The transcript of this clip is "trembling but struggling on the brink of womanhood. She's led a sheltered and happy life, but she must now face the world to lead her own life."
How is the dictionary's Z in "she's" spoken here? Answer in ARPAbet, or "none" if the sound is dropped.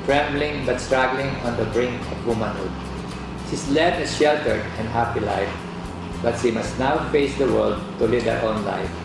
S